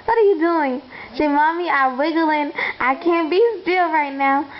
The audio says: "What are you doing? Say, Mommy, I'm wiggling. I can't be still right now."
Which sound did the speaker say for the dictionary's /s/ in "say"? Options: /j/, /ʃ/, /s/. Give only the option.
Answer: /ʃ/